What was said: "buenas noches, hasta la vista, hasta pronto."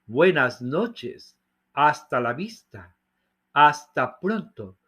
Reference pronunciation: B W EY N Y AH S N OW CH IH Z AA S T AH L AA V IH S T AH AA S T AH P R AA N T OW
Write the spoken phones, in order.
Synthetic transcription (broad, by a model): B W EY N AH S N OW CH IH S AA S T AH L AA B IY S T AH AA S T AH P R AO N T OW